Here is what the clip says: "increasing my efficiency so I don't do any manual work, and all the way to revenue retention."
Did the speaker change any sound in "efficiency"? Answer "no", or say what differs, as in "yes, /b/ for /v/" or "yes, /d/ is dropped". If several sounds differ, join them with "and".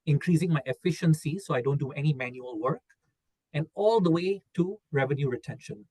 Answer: no